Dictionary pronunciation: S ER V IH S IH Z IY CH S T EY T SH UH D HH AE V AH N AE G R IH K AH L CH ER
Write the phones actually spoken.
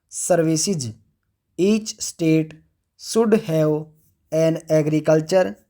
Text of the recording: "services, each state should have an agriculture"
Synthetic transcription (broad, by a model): S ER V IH S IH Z IY CH S T EY T S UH D HH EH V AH N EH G R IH K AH L CH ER